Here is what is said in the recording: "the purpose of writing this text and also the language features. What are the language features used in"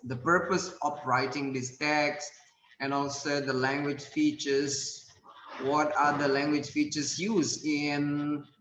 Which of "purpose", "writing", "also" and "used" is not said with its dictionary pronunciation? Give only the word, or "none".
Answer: used